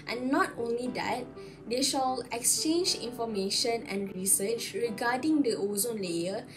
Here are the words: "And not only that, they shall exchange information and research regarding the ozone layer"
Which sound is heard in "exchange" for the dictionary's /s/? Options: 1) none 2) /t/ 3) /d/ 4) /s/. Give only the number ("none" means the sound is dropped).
4